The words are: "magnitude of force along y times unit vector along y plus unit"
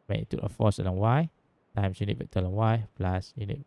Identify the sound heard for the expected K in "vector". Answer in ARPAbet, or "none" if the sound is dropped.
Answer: none